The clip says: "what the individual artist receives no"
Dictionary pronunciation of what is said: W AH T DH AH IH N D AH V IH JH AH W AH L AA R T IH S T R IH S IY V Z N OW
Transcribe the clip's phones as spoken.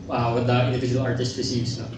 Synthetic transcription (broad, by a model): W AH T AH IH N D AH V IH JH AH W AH L AA R T IH S T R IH S IY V S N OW